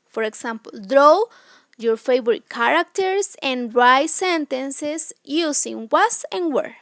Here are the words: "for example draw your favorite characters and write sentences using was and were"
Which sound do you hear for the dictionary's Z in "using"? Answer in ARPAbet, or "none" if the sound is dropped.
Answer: S